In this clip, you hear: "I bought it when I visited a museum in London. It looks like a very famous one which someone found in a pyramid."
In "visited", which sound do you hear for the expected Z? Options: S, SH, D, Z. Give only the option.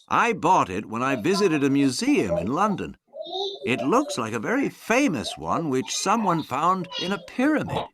Z